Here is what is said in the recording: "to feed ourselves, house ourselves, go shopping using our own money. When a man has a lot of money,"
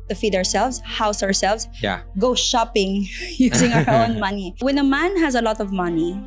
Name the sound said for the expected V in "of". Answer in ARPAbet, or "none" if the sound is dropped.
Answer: V